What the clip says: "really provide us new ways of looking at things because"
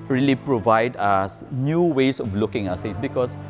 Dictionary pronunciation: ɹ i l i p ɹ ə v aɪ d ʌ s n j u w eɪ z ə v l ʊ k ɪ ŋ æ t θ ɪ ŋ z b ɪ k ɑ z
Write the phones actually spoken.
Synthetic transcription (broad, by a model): ɹ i l i p ɹ ə v aɪ d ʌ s n j u w eɪ s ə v l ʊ k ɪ ŋ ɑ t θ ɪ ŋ b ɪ k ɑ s